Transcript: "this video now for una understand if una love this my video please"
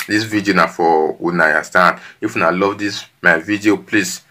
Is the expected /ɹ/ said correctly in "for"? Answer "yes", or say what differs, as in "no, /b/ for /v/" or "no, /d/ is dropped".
no, /w/ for /ɹ/